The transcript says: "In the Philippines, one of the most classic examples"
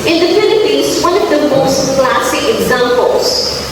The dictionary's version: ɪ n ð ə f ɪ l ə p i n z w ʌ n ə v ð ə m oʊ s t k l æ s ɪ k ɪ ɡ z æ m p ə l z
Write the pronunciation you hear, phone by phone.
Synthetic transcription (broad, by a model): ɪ n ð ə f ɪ n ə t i z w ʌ n ə v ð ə m oʊ s t k l æ s ɪ k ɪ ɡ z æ m p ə l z